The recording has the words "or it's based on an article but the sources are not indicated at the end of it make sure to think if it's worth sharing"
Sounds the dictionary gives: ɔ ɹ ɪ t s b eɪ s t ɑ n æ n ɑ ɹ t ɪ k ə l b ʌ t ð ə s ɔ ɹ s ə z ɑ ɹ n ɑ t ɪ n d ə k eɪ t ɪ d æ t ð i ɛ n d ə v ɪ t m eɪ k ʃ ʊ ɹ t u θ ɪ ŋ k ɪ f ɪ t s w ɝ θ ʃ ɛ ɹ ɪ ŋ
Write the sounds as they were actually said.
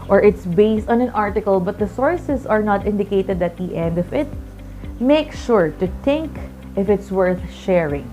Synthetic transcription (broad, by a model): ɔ ɹ ɪ t s b eɪ s t ɑ n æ n ɑ ɹ t ɪ k ə l b ʌ t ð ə s ɔ ɹ s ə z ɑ ɹ n ɑ t ɪ n d ə k eɪ t ɪ d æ t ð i ɛ n d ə f ɪ t m eɪ k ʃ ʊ ɹ t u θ ɪ ŋ k ɪ f ɪ t s w ɝ θ ʃ ɛ ɹ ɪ ŋ